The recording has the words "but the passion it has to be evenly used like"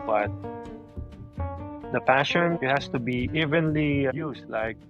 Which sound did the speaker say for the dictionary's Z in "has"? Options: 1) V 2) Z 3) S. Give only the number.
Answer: 3